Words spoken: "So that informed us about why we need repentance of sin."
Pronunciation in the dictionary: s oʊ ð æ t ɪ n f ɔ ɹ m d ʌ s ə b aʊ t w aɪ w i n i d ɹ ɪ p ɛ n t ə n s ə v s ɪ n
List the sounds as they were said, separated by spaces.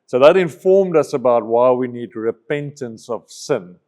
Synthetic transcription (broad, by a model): s oʊ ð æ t ɪ n f ɔ ɹ m d ʌ s ə b aʊ t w aɪ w i n i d ɹ ɪ p ɛ n t ə n s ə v s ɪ n